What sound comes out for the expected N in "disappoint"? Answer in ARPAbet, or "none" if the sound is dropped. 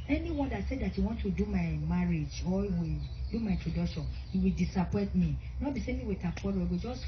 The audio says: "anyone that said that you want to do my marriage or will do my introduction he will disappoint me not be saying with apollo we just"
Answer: none